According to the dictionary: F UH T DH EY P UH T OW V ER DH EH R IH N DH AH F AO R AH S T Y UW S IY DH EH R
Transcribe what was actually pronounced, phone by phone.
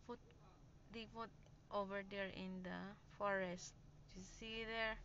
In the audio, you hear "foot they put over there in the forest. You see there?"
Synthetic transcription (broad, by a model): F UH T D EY F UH T OW V ER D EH R IH N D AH F AO R AH S T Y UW S IY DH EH R